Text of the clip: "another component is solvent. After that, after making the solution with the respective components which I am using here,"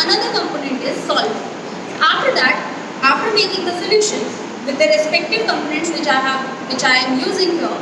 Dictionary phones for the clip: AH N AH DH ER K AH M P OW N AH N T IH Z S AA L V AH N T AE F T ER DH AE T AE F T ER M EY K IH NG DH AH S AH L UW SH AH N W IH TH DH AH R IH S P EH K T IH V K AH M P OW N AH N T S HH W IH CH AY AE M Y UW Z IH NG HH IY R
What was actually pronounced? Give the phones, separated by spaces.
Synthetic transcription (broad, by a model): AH N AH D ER K AH M P OW N AH N T IH Z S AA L AH F T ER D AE T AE F T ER M EY K IH NG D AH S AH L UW SH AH N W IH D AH R IH S P EH K T IH V K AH M P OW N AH N T S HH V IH CH AY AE M Y UW Z IH NG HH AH